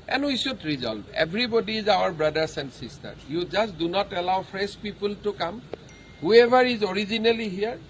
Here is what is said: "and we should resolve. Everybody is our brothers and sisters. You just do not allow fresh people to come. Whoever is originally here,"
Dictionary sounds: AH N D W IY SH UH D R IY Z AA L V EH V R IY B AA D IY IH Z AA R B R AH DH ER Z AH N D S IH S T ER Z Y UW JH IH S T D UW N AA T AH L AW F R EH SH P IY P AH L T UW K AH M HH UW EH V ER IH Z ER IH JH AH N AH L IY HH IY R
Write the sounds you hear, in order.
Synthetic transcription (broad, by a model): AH N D W IY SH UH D R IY Z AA L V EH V R IY B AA D IY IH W AA R B R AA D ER S AH N D S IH S T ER Y UW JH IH S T D UW N AA T AH L AW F R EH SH P IY P AH L T UW K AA M HH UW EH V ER IH Z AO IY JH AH N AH L IY HH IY R